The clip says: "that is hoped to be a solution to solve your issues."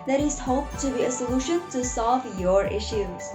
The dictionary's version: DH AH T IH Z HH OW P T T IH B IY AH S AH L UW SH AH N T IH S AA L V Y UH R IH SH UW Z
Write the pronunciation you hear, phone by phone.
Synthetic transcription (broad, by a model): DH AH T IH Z HH OW P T T IH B IY AH S AH L UW SH AH N T IH S AA L V Y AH R IH SH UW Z